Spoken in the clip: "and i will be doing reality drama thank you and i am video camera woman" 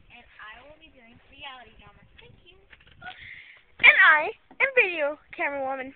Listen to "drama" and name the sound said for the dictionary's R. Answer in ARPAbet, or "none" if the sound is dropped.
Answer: none